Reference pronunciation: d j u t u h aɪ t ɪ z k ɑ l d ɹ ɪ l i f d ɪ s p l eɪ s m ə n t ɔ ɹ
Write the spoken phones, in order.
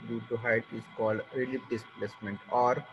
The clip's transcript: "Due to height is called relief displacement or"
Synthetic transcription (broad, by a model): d j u t u h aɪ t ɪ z k ɑ l d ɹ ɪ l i p d ɪ s p l eɪ s m ə n t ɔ ɹ